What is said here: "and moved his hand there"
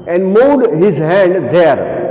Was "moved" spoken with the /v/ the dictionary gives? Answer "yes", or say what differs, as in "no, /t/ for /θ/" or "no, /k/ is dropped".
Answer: no, /v/ is dropped